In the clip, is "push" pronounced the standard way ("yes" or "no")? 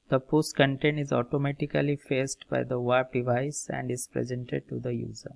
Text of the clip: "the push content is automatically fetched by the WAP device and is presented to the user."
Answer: no